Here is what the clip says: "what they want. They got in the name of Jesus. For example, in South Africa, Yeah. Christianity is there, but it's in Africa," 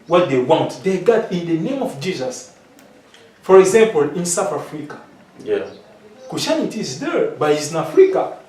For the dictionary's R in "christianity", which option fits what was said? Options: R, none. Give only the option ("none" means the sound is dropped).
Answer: none